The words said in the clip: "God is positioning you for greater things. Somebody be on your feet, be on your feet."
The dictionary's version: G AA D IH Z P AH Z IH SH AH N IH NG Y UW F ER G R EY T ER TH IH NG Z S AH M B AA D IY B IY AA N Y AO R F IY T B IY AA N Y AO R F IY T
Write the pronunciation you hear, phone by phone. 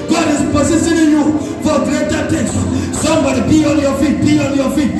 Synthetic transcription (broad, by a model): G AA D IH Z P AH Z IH S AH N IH Y UW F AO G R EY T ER T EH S S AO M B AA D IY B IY AA N Y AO F IY T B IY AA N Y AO F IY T